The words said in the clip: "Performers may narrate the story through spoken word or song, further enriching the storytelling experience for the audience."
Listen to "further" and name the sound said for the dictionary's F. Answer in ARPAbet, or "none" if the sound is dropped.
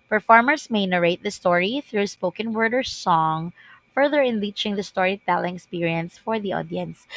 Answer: F